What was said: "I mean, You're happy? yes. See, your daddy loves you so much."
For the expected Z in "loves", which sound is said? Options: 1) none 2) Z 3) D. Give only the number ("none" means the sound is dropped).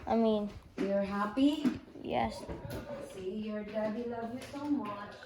1